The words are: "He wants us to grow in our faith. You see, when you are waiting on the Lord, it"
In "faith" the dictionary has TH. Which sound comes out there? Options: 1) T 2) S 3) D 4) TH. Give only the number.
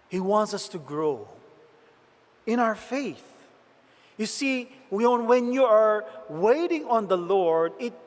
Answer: 4